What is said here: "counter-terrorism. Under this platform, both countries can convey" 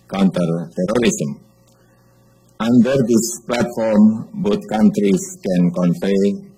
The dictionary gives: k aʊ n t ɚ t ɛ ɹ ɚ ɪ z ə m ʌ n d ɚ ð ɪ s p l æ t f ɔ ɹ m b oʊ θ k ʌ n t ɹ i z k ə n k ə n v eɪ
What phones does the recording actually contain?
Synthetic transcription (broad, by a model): k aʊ n t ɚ t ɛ ɹ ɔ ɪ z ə m ʌ n d ɚ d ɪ s p l æ t f ɔ ɹ m b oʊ t k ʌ n t ɹ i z k ə n k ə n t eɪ